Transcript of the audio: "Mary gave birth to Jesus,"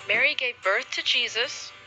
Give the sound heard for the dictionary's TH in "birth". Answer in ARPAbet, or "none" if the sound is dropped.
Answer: TH